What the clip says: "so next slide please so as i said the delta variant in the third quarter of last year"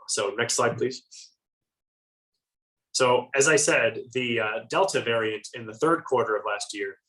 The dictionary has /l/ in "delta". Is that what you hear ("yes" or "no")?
yes